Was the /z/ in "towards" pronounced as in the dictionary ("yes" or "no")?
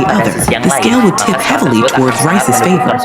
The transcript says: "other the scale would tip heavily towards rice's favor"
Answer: yes